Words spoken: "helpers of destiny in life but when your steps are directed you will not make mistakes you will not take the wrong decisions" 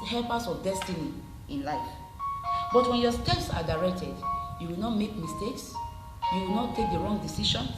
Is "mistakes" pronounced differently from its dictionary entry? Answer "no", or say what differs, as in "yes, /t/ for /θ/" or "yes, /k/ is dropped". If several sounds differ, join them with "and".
no